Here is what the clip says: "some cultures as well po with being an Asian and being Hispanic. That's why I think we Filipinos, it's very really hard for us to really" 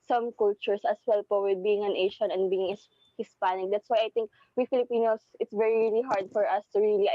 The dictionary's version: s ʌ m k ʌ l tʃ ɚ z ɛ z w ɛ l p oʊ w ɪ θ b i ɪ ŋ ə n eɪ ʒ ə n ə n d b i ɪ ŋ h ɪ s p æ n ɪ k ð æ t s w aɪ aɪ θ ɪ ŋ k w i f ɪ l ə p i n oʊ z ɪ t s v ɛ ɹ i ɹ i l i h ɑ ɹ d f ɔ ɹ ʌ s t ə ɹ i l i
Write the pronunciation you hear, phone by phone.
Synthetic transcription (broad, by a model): s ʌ m k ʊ l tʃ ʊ s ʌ s w ɛ l p oʊ w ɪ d b i ɪ ŋ ə n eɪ ʃ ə n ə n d b i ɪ ŋ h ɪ s p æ n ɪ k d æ t s w aɪ aɪ t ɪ ŋ k w i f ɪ l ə p i n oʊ s ɪ t s v ɛ ɹ i ɹ i l i h ɑ ɹ d f ɔ ɹ ʌ s t ə ɹ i l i